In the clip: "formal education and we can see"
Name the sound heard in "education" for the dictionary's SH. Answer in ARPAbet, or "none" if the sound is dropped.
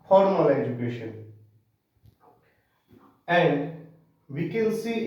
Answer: SH